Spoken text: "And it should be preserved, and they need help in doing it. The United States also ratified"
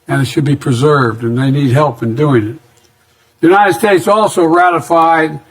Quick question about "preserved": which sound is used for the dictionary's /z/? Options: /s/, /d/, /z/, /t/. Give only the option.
/z/